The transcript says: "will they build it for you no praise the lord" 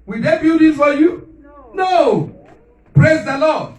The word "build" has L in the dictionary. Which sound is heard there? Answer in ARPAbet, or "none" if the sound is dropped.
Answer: none